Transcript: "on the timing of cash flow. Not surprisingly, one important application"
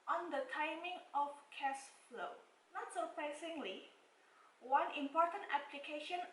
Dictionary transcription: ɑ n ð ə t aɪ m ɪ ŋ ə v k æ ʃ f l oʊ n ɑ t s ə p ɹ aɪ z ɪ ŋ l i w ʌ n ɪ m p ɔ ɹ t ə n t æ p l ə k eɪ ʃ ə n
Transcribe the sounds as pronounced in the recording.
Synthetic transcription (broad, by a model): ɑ n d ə t aɪ m ɪ ŋ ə f k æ s f l oʊ n ɑ t s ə p ɹ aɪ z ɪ ŋ l i w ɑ n ɪ m p ɔ ɹ t ə n t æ p l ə k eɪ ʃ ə n